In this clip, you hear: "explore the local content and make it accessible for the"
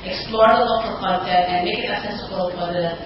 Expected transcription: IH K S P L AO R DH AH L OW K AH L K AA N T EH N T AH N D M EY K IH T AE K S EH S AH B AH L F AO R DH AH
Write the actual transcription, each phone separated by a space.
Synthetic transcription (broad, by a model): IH K S P L AO R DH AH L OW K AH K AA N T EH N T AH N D M EY K IH T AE S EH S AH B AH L F AO R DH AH